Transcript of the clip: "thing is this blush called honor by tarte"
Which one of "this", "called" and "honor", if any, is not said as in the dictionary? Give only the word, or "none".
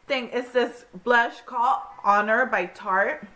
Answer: called